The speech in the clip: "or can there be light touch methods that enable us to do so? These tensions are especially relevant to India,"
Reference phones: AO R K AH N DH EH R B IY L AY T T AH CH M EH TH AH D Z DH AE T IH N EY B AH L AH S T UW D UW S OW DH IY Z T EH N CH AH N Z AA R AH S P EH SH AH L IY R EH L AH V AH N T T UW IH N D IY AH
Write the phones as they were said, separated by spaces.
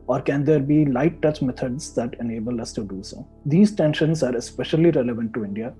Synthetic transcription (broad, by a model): AO R K AH N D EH R B IY L AY T T AH CH M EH T AH D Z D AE T IH N EY B AH L AH S T UW D UW S OW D IY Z T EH N SH AH N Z AA R AH S P EH SH AH L IY R EH L AH V AH N T T UW IH N D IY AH